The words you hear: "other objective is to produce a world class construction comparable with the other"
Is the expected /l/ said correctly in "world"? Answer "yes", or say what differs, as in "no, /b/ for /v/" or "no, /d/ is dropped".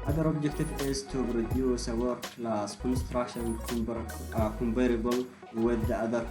no, /l/ is dropped